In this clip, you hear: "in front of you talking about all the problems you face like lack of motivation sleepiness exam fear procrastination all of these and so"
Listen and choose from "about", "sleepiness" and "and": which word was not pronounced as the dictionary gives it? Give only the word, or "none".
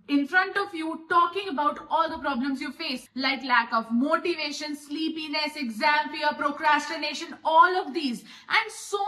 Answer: none